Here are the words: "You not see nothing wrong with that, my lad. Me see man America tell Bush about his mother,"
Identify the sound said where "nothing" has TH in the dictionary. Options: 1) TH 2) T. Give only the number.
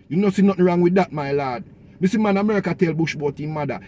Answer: 2